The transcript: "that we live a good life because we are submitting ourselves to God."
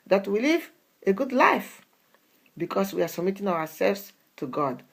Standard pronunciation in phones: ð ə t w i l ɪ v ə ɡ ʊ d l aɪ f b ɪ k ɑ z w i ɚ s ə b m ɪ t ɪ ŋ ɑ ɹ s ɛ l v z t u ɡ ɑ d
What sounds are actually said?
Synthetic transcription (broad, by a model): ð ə t w i l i v ə ɡ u d l aɪ f b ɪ k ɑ s w i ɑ s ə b m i t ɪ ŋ ɑ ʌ s ɛ l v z t u ɡ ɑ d